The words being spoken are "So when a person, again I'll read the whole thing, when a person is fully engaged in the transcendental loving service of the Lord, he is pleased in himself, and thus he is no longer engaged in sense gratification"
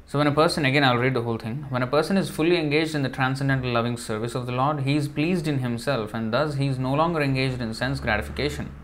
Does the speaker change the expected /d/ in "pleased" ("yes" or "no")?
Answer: no